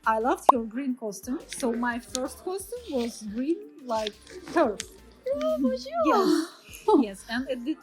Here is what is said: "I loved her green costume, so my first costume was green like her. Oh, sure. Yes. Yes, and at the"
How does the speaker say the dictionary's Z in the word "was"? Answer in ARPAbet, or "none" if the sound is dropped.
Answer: Z